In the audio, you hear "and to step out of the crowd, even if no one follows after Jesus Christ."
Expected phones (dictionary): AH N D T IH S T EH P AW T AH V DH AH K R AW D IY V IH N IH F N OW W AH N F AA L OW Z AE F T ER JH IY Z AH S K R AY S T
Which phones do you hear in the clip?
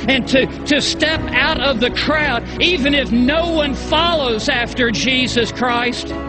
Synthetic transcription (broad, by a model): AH N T T IH S T EH P AW T AH V DH AH K R AW D IY V IH N IH F N OW W AH N F AA L OW Z AE F T ER JH IY Z AH S K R AY S T